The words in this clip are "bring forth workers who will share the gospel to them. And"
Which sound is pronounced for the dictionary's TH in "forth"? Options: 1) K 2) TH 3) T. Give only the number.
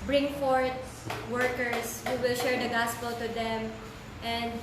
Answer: 3